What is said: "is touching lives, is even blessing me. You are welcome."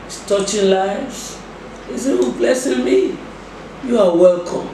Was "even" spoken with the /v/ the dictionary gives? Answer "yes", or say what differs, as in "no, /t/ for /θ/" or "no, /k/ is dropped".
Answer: no, /w/ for /v/